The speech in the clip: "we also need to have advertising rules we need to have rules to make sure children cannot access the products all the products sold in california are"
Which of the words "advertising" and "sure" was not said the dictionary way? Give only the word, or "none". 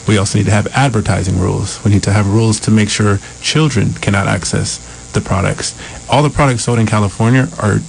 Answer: none